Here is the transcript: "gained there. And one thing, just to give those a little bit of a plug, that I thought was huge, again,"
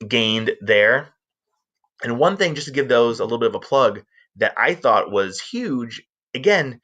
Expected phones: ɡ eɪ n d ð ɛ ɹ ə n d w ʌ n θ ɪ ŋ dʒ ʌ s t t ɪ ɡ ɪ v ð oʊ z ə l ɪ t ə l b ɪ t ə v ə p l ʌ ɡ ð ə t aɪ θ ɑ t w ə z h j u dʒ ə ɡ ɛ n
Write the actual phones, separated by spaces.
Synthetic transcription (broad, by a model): ɡ eɪ n ð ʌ ɹ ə n w ʌ n θ ɪ ŋ dʒ ʌ s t t ɪ ɡ ɪ v ð oʊ z ə l ɪ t l b ɪ t ə v ə p l ʌ ɡ ð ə t aɪ θ ɑ t w ə z h j u dʒ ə ɡ ɛ n